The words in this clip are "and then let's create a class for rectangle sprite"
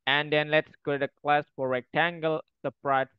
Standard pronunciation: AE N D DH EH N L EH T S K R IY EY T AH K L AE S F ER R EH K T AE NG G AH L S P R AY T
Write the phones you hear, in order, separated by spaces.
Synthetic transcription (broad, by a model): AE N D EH N L EH T S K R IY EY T AH K L AE S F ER R EH K T AE NG G AH L S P R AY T